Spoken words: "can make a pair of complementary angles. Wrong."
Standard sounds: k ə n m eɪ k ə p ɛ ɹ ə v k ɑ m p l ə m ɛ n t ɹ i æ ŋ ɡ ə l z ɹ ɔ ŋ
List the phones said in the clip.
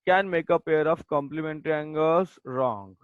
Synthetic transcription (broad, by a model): k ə n m eɪ k ə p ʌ ɹ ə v k ɑ m p l ə m ɛ n t ɹ i ŋ ɡ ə z ɹ ɔ ŋ